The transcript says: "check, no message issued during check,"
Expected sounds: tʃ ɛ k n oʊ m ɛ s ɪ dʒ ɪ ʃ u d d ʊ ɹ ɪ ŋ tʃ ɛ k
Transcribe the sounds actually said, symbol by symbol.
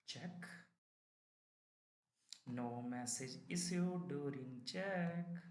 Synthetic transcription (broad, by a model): tʃ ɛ k n oʊ m ɛ s ɪ dʒ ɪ s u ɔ d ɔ ɹ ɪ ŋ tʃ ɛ k